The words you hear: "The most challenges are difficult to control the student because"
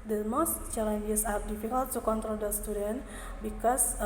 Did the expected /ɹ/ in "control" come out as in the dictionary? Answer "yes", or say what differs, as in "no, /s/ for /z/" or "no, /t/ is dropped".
yes